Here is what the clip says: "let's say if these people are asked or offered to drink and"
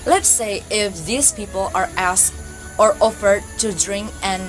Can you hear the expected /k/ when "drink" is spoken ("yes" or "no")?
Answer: yes